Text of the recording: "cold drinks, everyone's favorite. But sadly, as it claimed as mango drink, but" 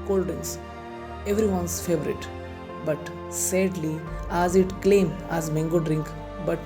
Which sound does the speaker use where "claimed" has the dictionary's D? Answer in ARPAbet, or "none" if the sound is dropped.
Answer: none